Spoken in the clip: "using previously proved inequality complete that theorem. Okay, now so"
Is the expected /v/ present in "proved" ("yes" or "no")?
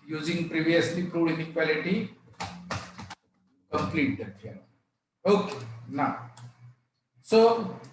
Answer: no